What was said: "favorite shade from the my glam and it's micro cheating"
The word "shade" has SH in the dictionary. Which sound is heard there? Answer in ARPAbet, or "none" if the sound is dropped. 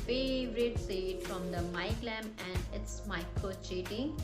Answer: S